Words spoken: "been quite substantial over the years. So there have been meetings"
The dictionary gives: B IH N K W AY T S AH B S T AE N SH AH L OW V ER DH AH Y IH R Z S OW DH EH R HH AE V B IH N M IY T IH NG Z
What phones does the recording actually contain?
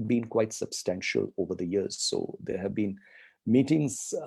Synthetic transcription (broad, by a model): B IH N K W AY T S AH B S T AE N SH AH L OW V ER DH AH Y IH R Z S OW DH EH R HH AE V B IH N M IY T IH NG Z